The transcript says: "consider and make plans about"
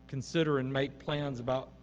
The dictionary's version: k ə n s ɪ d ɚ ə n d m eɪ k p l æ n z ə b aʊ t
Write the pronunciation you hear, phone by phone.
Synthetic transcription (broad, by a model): k n s ɪ d ɚ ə n m eɪ k p l æ n z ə b aʊ t